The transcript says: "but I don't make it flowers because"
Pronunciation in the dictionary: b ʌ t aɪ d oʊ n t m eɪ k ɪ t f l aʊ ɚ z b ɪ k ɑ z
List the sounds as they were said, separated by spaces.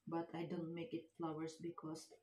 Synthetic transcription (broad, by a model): b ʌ t aɪ d oʊ n t m eɪ k ɪ t f l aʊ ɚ s b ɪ k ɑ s